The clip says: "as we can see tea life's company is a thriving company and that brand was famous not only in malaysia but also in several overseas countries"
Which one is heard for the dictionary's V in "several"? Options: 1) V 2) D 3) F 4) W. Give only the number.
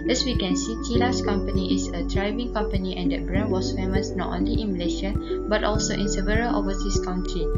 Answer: 1